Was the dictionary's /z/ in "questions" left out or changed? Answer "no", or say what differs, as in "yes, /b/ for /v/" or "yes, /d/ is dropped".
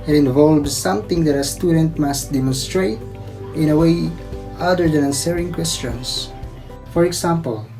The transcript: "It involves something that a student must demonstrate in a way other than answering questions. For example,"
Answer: yes, /s/ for /z/